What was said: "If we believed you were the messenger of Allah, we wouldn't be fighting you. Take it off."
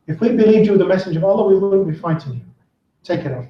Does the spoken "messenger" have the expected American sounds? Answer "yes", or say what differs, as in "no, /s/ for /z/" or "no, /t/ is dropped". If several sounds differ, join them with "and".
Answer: no, /n/ is dropped